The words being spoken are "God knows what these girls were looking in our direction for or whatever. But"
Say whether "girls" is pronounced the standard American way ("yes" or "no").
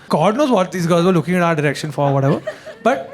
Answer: no